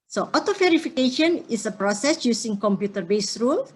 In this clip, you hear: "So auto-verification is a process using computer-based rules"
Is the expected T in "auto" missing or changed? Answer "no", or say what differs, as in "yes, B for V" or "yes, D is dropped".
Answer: no